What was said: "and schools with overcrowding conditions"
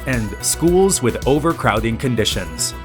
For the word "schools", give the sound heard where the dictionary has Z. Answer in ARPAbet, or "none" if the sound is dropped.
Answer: Z